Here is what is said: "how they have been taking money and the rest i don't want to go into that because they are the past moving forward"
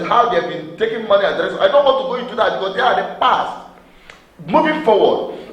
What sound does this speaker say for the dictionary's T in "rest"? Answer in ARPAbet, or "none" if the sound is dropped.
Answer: none